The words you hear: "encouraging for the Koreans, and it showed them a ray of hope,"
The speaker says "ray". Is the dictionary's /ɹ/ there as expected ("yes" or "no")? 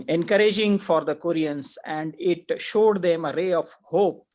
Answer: yes